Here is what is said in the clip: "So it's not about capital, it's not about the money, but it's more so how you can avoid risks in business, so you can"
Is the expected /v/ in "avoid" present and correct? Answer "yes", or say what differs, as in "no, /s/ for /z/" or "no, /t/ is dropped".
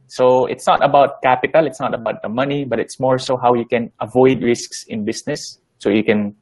yes